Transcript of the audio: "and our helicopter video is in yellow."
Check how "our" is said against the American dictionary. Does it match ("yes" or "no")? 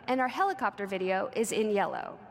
yes